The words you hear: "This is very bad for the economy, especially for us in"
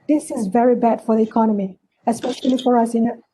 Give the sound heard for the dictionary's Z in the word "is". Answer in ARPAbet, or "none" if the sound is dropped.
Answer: Z